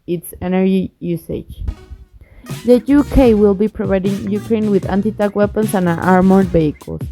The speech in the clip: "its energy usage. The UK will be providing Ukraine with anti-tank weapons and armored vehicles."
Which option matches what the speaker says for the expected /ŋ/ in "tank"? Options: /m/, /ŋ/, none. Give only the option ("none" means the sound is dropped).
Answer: none